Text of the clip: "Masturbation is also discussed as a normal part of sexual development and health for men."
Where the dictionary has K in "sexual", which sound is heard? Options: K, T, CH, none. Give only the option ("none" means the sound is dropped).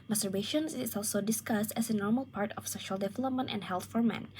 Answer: none